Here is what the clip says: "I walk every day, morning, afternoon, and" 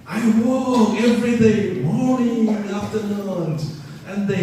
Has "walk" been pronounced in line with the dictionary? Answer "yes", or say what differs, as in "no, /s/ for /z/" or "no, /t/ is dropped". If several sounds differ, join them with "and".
no, /k/ is dropped